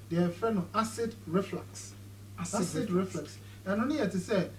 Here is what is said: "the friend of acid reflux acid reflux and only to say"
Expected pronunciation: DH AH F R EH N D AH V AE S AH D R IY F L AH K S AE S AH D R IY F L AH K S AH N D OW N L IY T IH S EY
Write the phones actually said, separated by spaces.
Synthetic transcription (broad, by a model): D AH F EH N AH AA S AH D R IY F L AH K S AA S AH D R IY F L AH K S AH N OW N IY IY T IH S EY